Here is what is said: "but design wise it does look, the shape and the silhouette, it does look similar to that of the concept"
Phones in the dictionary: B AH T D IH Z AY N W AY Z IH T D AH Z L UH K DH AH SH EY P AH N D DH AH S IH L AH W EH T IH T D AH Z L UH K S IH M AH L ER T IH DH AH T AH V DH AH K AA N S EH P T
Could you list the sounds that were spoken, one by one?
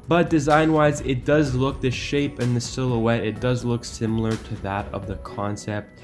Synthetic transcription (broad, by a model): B AH T D IH Z AY N W AY Z IH T D AH Z L UH K DH AH SH EY P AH N DH AH S IH L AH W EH T IH T D AH Z L UH K S IH M L ER T IH DH AH T AH V DH AH K AA N S EH P T